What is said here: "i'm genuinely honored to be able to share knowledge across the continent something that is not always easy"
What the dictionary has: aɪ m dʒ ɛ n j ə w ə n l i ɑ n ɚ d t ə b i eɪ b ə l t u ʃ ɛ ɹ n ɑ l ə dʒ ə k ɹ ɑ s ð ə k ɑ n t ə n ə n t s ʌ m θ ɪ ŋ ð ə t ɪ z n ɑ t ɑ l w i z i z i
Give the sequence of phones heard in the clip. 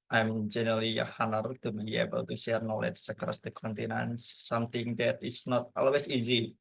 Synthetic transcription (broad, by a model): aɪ m dʒ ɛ n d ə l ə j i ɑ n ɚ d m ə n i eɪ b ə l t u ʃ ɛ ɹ n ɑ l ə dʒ ə k ɹ ɑ s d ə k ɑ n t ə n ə n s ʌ m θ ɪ ŋ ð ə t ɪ s n ɑ t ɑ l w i s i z i